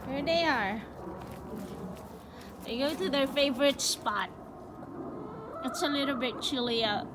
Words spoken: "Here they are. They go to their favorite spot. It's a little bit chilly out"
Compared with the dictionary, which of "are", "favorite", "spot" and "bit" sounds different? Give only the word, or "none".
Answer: none